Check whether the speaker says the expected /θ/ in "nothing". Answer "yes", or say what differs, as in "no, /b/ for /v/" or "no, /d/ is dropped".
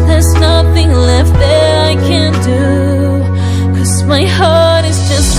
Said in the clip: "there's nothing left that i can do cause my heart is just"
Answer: yes